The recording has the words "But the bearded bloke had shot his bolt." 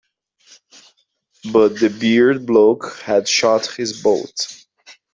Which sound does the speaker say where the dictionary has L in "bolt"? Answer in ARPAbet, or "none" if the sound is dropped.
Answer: none